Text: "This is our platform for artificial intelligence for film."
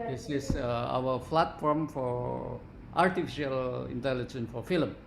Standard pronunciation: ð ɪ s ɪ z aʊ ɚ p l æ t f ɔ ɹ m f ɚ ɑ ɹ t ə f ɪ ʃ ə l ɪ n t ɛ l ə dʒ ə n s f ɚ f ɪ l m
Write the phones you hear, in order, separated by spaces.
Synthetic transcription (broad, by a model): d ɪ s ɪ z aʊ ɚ f l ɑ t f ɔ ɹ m f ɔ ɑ ɹ t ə f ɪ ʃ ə l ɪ n t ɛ l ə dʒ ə n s f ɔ f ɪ l m